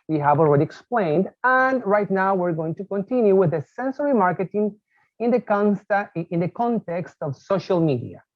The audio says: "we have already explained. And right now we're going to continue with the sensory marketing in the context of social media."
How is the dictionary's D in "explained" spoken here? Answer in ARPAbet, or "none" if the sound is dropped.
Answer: D